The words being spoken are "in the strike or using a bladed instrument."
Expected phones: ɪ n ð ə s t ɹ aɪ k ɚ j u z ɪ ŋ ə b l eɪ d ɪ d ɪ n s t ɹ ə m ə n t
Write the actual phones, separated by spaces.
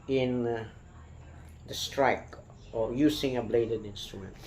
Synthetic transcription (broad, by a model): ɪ n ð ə s t ɹ aɪ k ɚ j u s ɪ ŋ ə b l eɪ d ɪ d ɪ n s t ɹ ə m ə n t